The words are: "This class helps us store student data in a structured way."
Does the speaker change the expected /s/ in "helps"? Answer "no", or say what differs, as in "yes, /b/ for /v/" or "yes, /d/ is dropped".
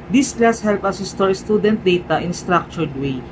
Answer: yes, /s/ is dropped